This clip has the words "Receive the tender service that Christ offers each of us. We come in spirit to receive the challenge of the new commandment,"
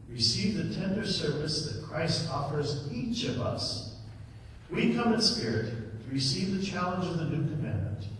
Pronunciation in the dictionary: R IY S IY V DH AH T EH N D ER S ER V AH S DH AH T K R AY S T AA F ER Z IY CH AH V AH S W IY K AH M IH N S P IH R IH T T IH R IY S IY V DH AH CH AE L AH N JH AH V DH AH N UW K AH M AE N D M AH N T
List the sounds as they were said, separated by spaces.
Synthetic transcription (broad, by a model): R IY S IY V DH AH T EH N D ER S ER V AH S DH AH T K R AY S T AA F ER Z IY CH AH V AH S W IY K AH M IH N S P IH R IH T T IH R IY S IY V DH AH CH AE L AH N JH AH V DH AH N UW K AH M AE N M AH N T